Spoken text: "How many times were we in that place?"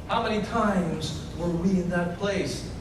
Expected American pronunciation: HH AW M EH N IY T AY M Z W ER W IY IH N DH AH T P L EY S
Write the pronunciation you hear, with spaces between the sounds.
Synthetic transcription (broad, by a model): HH AW M EH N IY T AY M Z W ER W IY IH N DH AH T P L EY S